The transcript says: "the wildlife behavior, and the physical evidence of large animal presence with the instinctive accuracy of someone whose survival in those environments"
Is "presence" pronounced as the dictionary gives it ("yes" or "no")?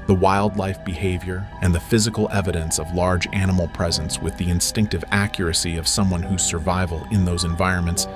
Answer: yes